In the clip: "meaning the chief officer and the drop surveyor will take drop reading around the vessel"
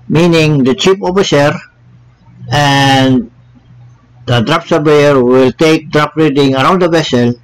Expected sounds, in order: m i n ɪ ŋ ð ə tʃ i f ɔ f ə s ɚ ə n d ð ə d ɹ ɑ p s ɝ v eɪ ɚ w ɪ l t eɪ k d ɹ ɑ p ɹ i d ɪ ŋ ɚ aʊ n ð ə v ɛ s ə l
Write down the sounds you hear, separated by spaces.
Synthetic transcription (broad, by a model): m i n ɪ ŋ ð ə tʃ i p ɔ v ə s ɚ ə n d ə d ɹ ɑ p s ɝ b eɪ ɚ w ɪ l t eɪ k d ɹ ɑ p ɹ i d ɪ ŋ ɚ aʊ n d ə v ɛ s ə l